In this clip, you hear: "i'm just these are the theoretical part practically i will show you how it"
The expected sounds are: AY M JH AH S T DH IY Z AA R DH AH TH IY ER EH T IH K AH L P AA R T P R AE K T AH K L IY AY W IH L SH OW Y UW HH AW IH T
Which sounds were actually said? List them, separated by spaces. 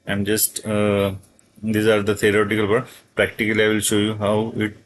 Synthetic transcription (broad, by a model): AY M JH AH S T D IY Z AA R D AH T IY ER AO T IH K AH L B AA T P R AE K T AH K L IY AY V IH L SH OW Y UW HH AW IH T